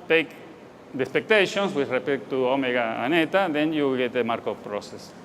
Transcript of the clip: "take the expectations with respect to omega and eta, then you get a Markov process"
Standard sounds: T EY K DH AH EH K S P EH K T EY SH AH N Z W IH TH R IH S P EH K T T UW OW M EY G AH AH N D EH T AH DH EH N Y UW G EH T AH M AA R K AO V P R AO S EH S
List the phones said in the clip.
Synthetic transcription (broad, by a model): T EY K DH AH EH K S P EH K T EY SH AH N S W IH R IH P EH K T T UW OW M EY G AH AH N EH T AH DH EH N Y UW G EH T AH M AA R K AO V P R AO S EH S